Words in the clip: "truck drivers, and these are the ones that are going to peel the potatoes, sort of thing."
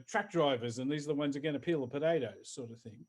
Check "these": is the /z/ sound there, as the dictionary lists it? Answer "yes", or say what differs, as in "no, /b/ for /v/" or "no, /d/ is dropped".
yes